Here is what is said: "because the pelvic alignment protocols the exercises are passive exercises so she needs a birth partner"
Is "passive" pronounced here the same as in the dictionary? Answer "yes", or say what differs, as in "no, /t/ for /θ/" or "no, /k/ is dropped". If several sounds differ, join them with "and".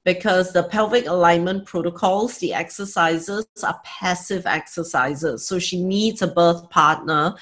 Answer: yes